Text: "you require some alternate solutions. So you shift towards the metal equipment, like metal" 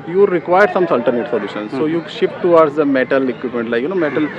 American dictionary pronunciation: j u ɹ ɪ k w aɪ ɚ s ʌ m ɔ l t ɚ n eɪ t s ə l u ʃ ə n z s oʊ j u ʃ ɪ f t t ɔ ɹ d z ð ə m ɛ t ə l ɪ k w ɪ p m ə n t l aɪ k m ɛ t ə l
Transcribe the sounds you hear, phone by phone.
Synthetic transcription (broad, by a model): j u ɹ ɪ k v aɪ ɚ s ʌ m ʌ l t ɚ n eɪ t s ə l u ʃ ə n s oʊ j u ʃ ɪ p t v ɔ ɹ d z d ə m ɛ t ə l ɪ k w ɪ p m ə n t l aɪ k m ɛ t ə l